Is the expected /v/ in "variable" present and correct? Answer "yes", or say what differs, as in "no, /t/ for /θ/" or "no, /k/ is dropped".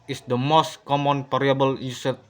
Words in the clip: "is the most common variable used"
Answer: no, /p/ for /v/